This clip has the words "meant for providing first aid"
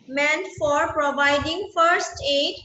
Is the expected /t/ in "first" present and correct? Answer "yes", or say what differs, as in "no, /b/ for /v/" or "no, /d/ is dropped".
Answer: yes